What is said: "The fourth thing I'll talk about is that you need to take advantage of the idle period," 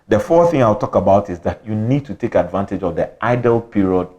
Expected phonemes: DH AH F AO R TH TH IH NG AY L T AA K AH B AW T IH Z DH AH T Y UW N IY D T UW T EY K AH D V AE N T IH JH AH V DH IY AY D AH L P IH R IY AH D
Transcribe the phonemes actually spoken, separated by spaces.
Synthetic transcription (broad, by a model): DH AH F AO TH TH IH NG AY W T AA K AH B AW T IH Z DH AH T Y UW N IY D T UW T EY K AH D V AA N T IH JH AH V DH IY AY D AH L P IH R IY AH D